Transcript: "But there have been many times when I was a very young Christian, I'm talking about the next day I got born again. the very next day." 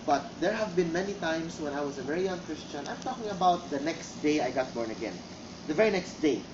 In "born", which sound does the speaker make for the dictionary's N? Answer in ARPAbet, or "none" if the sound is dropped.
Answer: N